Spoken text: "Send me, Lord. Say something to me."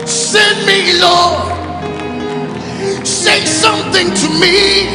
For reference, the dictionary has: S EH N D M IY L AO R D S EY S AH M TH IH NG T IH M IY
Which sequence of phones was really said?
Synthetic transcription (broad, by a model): S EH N M IY L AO S EY S AH M TH IH NG T IH M IY